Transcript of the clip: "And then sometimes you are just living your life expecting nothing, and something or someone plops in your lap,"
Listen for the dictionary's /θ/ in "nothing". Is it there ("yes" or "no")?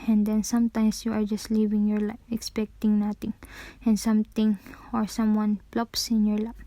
no